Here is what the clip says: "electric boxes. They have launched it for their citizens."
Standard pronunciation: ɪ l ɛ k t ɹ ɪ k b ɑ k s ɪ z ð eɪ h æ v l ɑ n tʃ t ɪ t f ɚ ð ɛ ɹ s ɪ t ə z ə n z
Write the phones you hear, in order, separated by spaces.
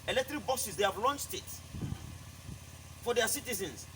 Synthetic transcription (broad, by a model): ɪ l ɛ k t ɹ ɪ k b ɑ s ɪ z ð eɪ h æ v l ɑ n tʃ t ɪ t f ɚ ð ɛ s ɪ t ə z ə n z